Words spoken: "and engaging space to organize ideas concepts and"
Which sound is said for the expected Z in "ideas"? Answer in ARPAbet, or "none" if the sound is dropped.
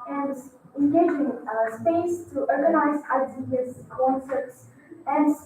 S